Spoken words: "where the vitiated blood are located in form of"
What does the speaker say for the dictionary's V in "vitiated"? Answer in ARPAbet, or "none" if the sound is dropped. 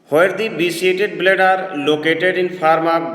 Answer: B